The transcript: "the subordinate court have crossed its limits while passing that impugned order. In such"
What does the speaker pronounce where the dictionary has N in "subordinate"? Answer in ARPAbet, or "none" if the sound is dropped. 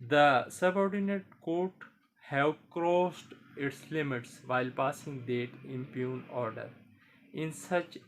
N